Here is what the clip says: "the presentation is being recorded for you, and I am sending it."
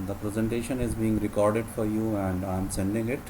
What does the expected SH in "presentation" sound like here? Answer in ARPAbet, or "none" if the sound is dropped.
SH